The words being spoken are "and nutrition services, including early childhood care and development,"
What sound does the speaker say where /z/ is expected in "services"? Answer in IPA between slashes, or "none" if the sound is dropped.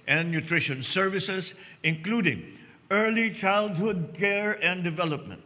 /s/